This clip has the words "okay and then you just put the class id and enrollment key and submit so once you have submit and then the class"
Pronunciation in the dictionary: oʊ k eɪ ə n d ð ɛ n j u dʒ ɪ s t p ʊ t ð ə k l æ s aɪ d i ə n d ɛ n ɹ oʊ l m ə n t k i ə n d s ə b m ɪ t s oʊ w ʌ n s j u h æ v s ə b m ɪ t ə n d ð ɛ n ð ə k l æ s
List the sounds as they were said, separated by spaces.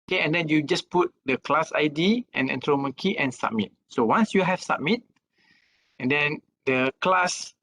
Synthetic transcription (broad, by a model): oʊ k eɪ ə n d ɛ n j u dʒ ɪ s p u t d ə k l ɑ s aɪ d i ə n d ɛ n ɹ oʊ m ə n k i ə n s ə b m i t s oʊ w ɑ n s j u h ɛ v s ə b m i t ə n d ɛ n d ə k l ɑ s